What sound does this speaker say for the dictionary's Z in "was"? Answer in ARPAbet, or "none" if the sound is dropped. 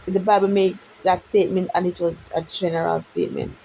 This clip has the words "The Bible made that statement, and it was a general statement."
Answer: Z